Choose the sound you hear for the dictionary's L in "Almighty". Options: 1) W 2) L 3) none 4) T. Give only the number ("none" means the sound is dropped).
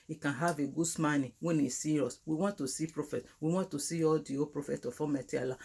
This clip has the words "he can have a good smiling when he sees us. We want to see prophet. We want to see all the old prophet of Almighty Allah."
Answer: 3